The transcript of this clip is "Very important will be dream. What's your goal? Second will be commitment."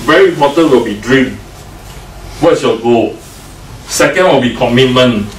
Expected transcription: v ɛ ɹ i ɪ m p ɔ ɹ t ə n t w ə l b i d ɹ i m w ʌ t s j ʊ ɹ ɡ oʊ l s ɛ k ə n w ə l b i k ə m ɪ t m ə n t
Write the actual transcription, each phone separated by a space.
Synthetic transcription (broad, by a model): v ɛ ɹ i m ɔ t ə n w ə l b i d ɹ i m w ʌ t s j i l ɡ oʊ s ɛ k ə n w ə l b i k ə m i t m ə n